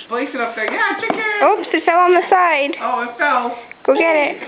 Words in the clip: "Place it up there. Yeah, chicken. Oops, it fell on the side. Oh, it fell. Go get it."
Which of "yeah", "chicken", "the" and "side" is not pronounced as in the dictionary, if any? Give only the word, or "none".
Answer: chicken